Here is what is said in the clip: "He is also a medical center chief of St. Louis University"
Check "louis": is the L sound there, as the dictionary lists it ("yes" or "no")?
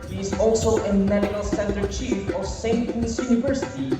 no